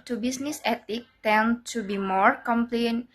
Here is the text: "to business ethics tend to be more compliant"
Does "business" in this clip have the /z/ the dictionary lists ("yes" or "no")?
no